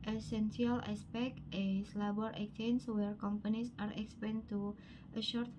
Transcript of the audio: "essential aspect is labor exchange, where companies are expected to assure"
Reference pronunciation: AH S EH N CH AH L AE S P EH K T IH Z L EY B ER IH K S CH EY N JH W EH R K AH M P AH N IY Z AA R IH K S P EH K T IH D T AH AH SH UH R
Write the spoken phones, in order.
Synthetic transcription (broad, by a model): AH S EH N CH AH L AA S P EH K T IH S L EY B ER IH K CH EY N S W EH R K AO M P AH N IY S AA R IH K S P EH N T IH T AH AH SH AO R